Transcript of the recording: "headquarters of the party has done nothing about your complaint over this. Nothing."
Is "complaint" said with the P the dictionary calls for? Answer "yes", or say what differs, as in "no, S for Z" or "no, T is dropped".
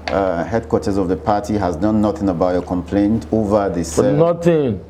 yes